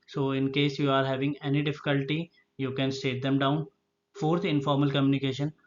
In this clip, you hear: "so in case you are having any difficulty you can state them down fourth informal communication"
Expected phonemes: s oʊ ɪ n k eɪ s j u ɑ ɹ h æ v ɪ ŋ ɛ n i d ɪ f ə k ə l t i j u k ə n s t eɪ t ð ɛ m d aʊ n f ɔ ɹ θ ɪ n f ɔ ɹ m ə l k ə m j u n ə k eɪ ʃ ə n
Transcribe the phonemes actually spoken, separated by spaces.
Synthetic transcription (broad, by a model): s oʊ ɪ n k eɪ s j u ɑ ɹ h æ v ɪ ŋ ɛ n i d ɪ f ə k ə l t i j u k ə n s t eɪ t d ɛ m d aʊ n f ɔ ɹ t ɪ n f ɔ ɹ m ə l k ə m j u n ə k eɪ ʃ ə n